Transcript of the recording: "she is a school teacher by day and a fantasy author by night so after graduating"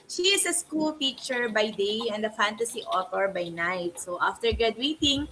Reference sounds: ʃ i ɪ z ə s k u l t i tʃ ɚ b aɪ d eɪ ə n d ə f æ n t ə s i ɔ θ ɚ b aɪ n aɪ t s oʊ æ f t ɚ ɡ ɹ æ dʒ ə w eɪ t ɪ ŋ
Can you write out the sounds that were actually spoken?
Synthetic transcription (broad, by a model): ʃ i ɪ s ə s k u l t i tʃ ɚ b aɪ d eɪ ə n d ə f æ n t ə s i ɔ t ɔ b aɪ n aɪ t s oʊ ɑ f t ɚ ɡ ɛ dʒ w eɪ t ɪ ŋ